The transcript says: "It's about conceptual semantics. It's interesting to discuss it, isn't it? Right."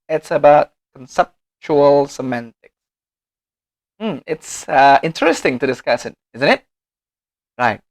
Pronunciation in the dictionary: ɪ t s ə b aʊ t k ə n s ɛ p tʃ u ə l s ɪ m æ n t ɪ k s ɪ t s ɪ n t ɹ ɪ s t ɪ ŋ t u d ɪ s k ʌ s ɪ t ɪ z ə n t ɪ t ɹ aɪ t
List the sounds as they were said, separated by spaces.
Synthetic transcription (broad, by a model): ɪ t s ə b aʊ t k ə n s ɛ p tʃ u ə l s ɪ m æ n t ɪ k s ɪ t s ɪ n t ɹ ɪ s t ɪ ŋ t u d ɪ s k ʌ s ɪ t ɪ z ə n t ɪ t ɹ aɪ t